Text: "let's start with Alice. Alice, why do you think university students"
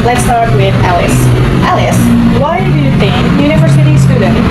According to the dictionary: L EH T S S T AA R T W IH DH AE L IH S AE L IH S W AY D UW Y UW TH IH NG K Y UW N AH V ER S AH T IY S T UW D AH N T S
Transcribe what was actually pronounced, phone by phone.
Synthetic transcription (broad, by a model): L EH T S S T AA R T W IH DH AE L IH S AE L IH S W AY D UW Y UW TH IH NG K Y UW N AH V ER S AH T IY S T UW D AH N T